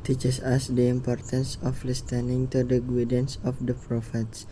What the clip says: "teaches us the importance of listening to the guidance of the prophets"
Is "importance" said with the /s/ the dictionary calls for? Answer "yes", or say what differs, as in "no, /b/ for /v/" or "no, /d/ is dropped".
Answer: yes